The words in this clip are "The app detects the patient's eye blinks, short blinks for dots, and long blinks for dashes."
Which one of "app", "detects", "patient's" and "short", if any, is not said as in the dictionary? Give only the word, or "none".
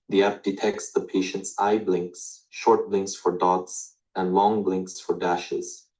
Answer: none